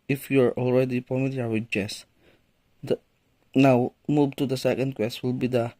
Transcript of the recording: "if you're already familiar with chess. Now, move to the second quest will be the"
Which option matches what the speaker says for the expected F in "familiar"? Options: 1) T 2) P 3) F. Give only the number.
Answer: 2